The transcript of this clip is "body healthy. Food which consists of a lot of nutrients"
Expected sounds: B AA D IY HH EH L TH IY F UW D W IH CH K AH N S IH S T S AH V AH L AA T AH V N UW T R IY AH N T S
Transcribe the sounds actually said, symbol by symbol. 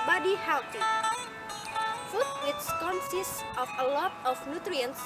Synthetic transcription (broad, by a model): B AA D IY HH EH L T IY F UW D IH S K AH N S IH S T AH F AH L AA T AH F N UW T R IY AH N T S